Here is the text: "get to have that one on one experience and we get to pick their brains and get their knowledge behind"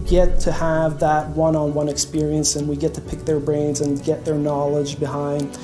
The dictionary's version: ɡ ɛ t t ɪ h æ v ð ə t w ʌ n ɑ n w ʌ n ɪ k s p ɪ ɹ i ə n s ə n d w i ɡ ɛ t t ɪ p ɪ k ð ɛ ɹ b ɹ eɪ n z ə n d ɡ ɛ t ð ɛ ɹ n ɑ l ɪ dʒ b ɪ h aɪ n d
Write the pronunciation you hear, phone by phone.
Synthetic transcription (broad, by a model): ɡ ɛ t t ɪ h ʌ v ð ə t w ʌ n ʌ n w ʌ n ɪ k s p ɪ ɹ i ə n s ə n w i ɡ ɛ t t ɪ p ɪ k ð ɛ ɹ b ɹ eɪ n z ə n ɡ ɛ t ð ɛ ɹ n ɑ l ɪ dʒ b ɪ h aɪ n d